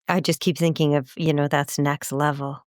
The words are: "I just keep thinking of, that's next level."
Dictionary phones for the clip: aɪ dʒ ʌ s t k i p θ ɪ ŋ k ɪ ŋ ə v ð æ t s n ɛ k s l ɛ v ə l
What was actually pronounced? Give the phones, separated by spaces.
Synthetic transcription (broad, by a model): aɪ dʒ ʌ s k i p θ ɪ ŋ k ɪ ŋ ə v ð æ t s n ɛ k s l ɛ v l